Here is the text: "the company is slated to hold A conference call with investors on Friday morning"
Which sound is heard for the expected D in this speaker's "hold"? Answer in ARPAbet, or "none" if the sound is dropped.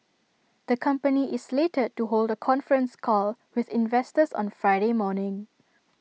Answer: D